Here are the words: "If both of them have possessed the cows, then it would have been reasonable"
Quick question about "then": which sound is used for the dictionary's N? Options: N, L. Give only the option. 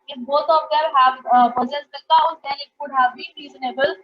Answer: L